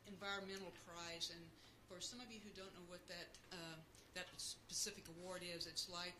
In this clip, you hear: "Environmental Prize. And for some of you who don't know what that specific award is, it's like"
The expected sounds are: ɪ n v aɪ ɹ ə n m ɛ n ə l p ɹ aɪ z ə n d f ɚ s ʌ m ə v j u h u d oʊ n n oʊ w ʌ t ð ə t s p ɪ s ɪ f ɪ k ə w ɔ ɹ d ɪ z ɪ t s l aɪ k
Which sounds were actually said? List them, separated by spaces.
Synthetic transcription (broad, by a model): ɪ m v aɪ ɹ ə n m ɛ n l p ɹ aɪ z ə n f ɚ s ʌ m ə v j u h u d oʊ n n oʊ w ʌ t ð ə t s p ɪ s ɪ f ɪ k ə w ɔ ɹ d ɪ z ɪ t s l aɪ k